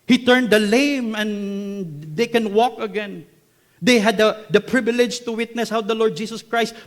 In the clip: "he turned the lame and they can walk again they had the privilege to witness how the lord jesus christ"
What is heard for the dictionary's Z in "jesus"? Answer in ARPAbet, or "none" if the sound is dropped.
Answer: S